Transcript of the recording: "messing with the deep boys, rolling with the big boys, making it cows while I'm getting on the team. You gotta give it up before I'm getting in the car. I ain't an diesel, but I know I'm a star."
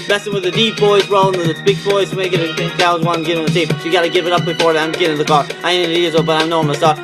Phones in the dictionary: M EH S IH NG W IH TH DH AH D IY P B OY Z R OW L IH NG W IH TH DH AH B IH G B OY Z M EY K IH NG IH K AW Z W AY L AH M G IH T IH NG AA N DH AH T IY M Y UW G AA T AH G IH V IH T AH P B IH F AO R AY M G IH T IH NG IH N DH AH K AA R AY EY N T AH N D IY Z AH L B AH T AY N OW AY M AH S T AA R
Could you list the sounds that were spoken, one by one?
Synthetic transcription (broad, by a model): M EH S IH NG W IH DH AH D IY P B OY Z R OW IH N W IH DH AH B IH G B OY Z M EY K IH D IH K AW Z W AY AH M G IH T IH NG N DH AH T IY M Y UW G AA T AH G IH V IH T AH P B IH F AO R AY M G IH T IH NG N DH AH K AA R AY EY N AH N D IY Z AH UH B AH T AY N OW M AH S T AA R